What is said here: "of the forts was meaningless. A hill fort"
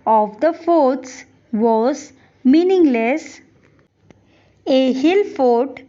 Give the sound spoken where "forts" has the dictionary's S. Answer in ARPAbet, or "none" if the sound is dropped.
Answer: S